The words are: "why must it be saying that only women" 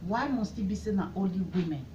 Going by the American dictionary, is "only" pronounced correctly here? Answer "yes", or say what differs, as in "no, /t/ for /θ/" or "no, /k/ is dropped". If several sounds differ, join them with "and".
no, /n/ is dropped